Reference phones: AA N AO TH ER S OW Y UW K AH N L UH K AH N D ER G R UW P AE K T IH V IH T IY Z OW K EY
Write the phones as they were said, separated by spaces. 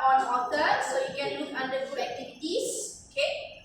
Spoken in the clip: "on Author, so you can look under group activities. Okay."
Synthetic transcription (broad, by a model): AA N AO T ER S OW Y UW K AH N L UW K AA N D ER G UW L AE K T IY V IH T IY S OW K EY